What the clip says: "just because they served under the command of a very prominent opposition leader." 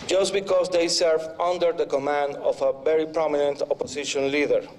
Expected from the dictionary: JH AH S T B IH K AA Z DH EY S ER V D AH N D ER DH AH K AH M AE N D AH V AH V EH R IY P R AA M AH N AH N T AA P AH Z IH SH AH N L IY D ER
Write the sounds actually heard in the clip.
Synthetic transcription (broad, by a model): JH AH S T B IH K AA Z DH EY S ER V AH N D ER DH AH K AH M AE N D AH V AH V EH R IY P R AA M AH N AH N T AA P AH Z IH SH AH N L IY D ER